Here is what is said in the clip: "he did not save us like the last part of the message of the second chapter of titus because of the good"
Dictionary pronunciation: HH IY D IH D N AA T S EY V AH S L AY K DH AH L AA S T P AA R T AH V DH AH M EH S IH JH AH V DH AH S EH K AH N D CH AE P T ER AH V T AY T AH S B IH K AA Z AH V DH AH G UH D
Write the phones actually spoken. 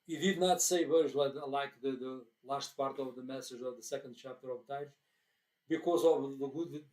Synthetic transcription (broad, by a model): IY D IH D N AA T S EY V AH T L AY K DH AH L AA S T P AA R T AH V DH AH M EH S IH JH AH V DH AH S EH K AH N D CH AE P T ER AH V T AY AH B IH K AA Z AH V DH AH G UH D